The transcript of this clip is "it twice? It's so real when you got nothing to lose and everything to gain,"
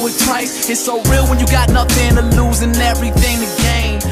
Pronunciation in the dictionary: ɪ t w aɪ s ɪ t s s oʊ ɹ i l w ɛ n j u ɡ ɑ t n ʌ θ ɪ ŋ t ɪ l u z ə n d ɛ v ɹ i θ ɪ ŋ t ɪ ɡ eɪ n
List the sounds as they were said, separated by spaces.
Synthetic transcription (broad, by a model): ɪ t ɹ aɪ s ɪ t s s oʊ ɹ i l w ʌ n j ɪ ɡ ɑ t n ʌ θ ɪ ŋ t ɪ l u z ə n ɛ v ɹ i θ ɪ ŋ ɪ ɡ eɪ n